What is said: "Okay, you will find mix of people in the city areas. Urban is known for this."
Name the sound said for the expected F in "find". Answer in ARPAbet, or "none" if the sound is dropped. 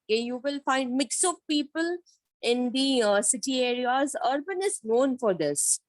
F